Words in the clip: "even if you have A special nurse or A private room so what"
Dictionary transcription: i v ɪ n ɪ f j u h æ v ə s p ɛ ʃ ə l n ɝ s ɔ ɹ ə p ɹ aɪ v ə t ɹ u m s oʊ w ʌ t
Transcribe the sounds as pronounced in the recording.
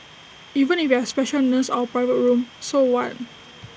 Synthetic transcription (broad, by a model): i v ɪ n ɪ f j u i ə s p ɛ ʃ ə l n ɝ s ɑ w ə p ɹ aɪ v ə t ɹ u m s oʊ w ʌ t